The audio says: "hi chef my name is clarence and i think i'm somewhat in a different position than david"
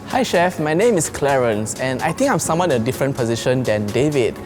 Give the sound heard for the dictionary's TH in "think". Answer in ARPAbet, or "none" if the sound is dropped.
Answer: T